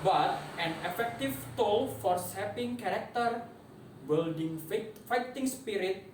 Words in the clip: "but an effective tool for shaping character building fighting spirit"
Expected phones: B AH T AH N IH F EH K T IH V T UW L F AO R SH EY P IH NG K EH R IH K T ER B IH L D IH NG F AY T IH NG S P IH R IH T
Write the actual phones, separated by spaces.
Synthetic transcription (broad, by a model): B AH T AH N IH F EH K T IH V T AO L F AO R S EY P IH NG K EH R IH K T ER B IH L D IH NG F AY T IH NG S P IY R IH T